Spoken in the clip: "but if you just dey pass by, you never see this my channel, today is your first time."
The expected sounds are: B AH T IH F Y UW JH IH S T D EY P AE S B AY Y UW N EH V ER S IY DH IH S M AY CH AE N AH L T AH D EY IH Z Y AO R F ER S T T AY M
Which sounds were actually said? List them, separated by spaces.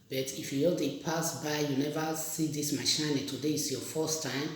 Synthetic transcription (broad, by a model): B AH T IH F Y UW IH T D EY P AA S B AY Y UW N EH V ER S IY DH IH S M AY SH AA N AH T AH D EY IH S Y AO F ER S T T AY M